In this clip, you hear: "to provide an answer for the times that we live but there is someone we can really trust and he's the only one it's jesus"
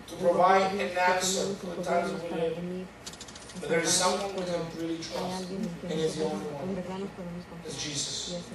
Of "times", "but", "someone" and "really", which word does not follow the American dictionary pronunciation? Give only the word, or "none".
times